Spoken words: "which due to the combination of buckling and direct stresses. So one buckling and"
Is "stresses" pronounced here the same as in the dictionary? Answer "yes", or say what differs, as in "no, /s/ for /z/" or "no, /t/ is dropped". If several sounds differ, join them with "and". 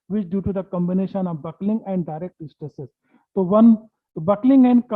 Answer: no, /ɹ/ is dropped